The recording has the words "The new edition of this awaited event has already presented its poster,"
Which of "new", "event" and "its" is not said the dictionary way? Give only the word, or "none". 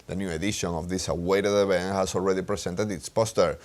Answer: event